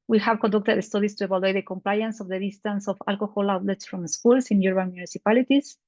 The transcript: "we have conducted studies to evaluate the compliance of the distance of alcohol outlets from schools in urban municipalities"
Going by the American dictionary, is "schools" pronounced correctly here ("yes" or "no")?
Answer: no